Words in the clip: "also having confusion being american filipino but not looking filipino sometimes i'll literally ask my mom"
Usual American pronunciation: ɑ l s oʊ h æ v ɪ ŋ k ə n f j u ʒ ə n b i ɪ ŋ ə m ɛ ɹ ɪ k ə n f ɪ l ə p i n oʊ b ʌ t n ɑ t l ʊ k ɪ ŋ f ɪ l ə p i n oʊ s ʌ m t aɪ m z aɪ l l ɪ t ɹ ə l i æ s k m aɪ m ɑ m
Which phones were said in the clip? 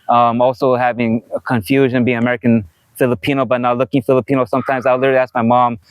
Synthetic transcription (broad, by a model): ɑ l s oʊ h æ v ɪ ŋ k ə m f j u ʒ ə n b i ɪ ŋ ə m ɛ ɹ ɪ k ə n f ɪ l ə p i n oʊ b ʌ t n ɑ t l ʊ k ɪ ŋ f ɪ l ə p i n oʊ s ʌ m t aɪ m z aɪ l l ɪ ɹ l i æ s k m aɪ m ɑ m